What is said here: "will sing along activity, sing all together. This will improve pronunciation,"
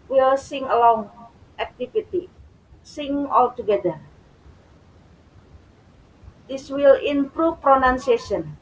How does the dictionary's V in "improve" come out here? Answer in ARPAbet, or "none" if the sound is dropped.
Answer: F